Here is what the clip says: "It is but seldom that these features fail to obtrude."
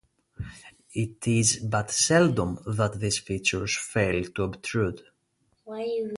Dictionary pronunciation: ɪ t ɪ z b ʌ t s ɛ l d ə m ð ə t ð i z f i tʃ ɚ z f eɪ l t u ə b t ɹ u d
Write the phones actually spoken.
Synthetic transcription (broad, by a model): ɪ t ɪ z b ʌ t s ɛ l d ə m ð ə t ð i s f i tʃ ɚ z f eɪ l t u ə b t ɹ u d